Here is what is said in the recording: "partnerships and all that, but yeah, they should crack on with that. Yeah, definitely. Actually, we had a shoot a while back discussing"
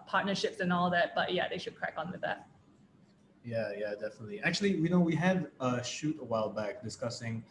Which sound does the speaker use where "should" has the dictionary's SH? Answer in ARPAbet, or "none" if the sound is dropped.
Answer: SH